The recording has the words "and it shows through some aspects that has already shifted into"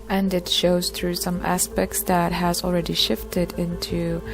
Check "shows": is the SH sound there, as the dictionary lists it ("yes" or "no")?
yes